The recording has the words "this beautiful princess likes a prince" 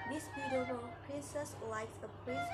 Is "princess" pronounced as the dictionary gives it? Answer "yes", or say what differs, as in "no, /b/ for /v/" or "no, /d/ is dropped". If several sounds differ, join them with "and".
yes